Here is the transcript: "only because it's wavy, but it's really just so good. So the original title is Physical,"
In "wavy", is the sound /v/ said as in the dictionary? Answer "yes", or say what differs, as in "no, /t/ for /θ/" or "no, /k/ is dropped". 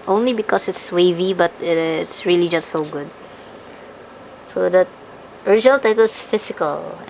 yes